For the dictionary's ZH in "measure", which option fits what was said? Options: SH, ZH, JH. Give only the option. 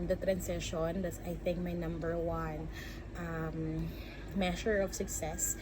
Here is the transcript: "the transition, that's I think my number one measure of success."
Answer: SH